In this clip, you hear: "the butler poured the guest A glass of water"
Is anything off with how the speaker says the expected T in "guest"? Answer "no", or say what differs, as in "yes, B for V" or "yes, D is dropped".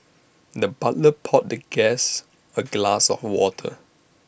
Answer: yes, T is dropped